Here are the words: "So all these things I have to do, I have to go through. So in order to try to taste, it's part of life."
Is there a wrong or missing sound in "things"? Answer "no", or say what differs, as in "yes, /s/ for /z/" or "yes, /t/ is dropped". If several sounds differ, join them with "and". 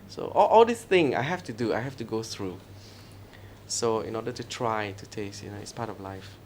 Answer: yes, /z/ is dropped